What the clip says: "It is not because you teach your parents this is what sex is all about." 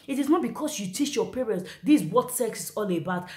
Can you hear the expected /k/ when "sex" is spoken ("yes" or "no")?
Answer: yes